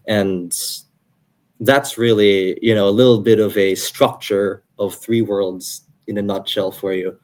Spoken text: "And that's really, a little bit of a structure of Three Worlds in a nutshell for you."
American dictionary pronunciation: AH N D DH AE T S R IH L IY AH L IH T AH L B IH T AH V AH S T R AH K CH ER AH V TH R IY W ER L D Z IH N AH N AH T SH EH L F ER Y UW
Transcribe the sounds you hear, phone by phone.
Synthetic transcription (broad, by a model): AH N DH AE T S R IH L IY AH L IH T L B IH T AH V AH S T R AH K CH ER AH V TH R IY W ER L D Z IH N AH N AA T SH EH L F ER Y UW